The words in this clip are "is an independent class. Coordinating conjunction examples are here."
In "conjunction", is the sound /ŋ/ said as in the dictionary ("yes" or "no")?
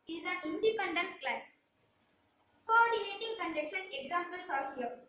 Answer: no